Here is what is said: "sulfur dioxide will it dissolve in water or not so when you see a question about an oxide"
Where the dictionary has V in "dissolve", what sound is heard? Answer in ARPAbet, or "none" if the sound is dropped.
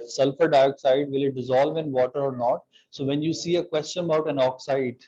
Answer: V